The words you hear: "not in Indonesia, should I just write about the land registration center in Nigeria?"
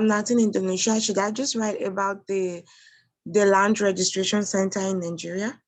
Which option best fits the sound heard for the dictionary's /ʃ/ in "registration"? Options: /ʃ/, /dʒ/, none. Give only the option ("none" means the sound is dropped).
/ʃ/